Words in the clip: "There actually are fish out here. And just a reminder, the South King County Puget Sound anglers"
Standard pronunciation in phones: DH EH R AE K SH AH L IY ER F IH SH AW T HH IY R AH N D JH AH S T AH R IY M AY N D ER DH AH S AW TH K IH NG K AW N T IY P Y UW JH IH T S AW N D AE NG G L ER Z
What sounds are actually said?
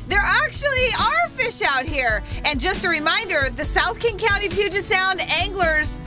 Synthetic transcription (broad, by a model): DH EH R AE K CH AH L IY ER F IH SH AW T HH IY R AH N JH AH S T AH R IY M AY N D ER DH AH S AW TH K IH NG K AW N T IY P Y UW JH IH T S AW N D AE NG G L ER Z